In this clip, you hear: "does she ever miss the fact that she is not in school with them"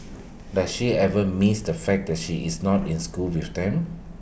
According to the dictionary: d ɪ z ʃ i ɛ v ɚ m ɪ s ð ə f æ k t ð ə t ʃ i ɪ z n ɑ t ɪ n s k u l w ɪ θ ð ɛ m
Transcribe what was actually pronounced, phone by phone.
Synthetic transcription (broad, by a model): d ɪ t ʃ i ɛ v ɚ m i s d ə f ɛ k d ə t ʃ i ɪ s n ɑ t ɪ n s k u l w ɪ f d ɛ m